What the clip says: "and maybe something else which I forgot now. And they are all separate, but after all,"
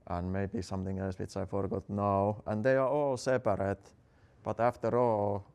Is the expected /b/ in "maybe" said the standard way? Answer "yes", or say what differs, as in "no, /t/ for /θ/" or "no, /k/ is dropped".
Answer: yes